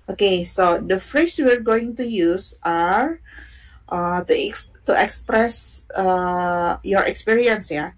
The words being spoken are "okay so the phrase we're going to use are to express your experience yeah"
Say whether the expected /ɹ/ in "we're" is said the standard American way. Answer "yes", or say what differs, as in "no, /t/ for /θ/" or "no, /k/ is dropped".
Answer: yes